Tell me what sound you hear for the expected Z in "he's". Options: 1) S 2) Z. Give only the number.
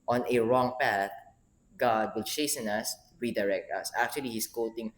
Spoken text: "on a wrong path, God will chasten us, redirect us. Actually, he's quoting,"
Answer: 1